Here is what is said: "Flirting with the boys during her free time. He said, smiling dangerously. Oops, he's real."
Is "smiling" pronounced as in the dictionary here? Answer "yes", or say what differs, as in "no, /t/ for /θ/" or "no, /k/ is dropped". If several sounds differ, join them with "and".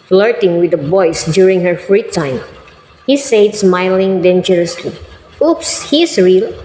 yes